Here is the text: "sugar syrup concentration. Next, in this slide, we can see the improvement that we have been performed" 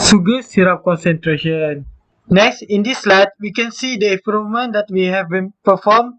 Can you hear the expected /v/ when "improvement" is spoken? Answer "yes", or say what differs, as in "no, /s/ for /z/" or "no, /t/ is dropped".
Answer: no, /v/ is dropped